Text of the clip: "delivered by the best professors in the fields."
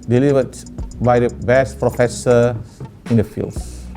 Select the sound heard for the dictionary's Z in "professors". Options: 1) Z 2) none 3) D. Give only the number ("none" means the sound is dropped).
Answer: 2